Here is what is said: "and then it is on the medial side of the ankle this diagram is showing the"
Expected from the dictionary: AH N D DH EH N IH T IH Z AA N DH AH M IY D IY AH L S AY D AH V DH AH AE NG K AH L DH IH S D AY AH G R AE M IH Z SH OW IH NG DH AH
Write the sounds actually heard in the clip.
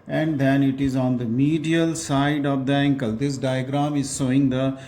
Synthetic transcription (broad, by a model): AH N D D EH N IH T IH Z AA N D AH M IY D IY AH L S AY D AH V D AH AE NG K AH L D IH S D AY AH G R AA M IH Z S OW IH NG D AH